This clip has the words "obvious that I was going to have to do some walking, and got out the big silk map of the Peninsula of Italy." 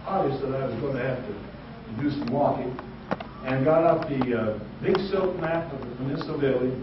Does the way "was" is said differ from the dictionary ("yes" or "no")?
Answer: no